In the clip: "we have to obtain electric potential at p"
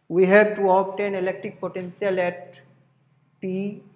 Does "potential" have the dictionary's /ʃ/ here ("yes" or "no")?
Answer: no